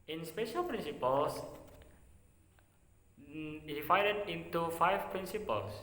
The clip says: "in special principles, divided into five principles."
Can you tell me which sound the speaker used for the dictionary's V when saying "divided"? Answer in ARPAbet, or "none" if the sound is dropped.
F